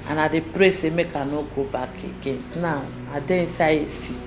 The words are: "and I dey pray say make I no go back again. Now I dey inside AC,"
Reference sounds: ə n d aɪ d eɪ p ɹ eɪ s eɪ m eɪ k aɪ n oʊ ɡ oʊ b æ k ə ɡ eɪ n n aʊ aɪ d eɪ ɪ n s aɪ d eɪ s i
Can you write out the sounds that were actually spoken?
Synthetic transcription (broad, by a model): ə n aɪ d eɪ p ɹ eɪ s eɪ m eɪ k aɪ n oʊ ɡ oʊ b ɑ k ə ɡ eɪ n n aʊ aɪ d eɪ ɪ s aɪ eɪ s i